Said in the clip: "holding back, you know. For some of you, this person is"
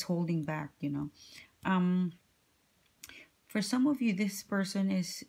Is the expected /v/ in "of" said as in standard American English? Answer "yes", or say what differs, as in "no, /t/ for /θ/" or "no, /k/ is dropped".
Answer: yes